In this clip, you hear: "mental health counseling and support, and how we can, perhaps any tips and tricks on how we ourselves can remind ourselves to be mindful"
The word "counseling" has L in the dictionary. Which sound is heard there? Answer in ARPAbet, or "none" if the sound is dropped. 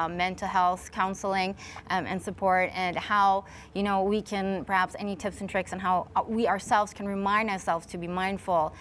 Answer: L